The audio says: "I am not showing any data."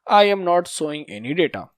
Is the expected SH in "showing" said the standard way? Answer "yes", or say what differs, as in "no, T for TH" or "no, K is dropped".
no, S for SH